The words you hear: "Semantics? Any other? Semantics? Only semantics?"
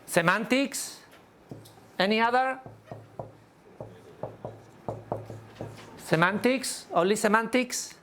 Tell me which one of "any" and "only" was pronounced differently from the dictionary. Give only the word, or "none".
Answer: only